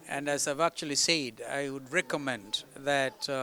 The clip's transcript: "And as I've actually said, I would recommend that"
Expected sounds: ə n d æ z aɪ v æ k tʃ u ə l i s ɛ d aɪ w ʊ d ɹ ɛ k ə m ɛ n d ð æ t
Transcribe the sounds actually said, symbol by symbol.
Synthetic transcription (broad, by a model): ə n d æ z aɪ v æ k tʃ u ə l i s ɛ d aɪ w ʊ d ɹ ɛ k ə m ɛ n d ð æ t